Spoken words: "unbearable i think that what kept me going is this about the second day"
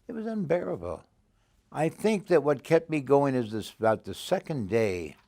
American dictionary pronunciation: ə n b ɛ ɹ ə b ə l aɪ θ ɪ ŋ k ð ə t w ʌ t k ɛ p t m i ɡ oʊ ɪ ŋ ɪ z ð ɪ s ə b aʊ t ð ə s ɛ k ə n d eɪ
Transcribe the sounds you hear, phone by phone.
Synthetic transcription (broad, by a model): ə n b ɛ ɹ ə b l aɪ θ ɪ ŋ k ð ə t w ʌ t k ɛ p t m i ɡ oʊ ɪ ŋ ɪ z ð ɪ s ə b aʊ t ð ə s ɛ k ə n d eɪ